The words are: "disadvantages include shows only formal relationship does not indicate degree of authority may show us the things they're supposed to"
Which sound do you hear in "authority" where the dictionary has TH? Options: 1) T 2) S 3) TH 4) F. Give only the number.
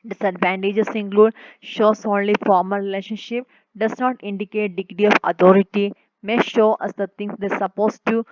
1